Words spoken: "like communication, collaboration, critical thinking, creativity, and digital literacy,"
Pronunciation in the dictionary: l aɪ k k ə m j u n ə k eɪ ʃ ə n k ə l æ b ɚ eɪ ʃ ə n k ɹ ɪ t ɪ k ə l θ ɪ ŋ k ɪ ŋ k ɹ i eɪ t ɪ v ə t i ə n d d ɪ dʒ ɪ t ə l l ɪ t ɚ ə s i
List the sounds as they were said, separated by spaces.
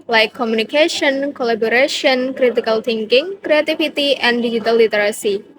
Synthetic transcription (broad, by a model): l aɪ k k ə m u n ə k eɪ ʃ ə n k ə l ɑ b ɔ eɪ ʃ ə n k ɹ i t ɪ k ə l t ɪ ŋ k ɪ ŋ k ɹ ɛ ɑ t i f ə t i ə n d d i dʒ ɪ t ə l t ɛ t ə s i